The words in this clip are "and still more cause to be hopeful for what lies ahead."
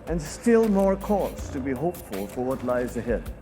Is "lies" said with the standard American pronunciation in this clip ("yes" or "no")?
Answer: yes